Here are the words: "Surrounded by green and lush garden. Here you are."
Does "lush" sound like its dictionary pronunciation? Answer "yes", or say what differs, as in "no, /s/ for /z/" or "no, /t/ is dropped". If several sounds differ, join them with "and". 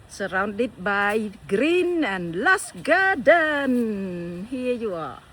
no, /s/ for /ʃ/